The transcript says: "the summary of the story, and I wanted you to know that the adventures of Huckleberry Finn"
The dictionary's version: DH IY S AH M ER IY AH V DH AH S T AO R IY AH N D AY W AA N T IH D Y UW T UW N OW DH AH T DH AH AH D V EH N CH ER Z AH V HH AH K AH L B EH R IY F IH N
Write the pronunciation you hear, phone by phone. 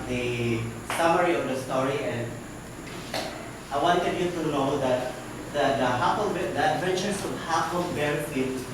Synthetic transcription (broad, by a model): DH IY S AH M ER IY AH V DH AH S T AO R IY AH N D AY W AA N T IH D Y UW T UW N OW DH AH T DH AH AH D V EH N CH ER S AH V HH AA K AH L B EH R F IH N